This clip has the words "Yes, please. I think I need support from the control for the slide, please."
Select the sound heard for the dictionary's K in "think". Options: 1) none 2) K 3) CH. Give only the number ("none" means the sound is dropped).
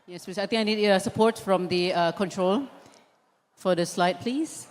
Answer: 1